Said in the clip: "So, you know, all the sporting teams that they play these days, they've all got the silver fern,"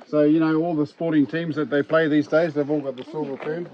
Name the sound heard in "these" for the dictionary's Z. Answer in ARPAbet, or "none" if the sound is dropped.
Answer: Z